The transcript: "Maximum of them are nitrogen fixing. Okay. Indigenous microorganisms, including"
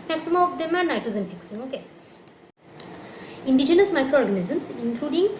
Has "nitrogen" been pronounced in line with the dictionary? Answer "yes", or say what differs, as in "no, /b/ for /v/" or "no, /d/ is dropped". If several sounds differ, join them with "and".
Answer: no, /ɹ/ is dropped and /z/ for /dʒ/